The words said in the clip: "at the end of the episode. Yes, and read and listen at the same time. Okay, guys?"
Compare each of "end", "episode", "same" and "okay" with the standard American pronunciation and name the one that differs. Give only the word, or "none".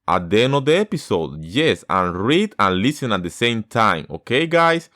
end